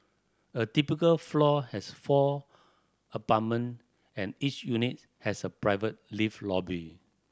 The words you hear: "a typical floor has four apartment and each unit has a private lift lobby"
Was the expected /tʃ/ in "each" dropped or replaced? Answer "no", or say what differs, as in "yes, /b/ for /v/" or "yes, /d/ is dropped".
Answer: no